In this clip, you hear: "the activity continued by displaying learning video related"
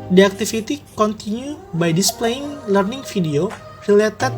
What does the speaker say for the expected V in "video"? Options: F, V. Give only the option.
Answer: F